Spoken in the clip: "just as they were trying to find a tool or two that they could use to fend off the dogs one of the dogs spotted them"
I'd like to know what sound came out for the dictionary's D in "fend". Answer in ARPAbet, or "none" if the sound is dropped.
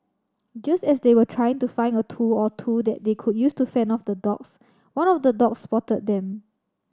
none